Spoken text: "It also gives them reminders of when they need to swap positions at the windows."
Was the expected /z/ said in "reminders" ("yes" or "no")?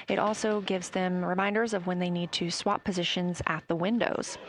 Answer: yes